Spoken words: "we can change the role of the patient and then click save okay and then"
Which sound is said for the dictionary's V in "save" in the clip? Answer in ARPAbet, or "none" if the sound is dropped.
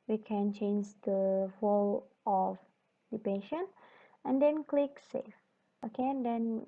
F